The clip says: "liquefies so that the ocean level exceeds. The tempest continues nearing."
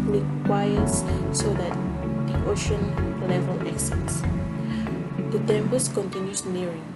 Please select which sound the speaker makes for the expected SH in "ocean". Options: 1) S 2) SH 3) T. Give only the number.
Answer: 2